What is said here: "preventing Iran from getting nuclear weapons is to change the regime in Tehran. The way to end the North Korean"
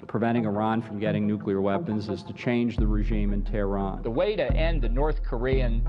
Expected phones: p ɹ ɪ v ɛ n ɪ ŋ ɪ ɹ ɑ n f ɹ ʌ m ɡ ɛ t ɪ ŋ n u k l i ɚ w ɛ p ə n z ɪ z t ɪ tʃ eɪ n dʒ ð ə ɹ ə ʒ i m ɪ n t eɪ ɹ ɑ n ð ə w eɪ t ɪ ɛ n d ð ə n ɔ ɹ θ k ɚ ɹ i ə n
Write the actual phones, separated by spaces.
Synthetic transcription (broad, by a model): p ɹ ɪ v ɛ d ɪ ŋ ɪ ɹ ɑ n f ɹ ʌ m ɡ ɛ t ɪ ŋ n u k l i ɚ w ɛ p ə n z ɪ z t ɪ tʃ eɪ n dʒ ð ə ɹ ə ʒ i m ɪ n t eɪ ɹ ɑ n ð ə w eɪ t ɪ ɛ n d ð ə n ɔ ɹ θ k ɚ ɹ i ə n